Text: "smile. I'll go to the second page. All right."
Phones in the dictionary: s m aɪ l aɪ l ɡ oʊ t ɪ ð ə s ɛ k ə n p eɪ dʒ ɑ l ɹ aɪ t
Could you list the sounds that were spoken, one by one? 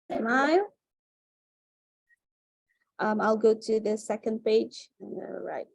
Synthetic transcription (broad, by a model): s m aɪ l aɪ l ɡ oʊ t ɪ ð ə s ɛ k ə n p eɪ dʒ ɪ n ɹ aɪ t